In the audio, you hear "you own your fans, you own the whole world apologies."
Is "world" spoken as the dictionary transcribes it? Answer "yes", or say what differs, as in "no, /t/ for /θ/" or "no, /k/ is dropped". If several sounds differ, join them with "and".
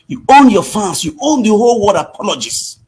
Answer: no, /l/ is dropped